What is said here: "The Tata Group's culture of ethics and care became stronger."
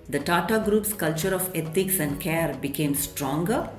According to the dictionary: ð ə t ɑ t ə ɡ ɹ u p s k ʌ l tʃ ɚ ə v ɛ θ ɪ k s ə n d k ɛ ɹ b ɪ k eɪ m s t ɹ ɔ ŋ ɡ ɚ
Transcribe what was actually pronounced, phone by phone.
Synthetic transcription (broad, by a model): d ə t ɑ t ə ɡ ɹ u p s k ʌ l tʃ ɚ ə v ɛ t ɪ k s ə n d k ɛ ɹ b ɪ k eɪ m s t ɹ ɔ ŋ ɡ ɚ